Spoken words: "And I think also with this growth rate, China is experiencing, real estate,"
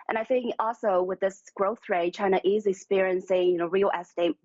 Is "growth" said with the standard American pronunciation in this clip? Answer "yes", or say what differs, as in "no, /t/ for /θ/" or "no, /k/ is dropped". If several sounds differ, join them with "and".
yes